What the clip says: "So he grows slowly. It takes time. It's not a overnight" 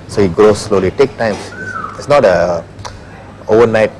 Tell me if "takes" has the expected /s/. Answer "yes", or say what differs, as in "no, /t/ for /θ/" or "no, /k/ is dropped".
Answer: no, /s/ is dropped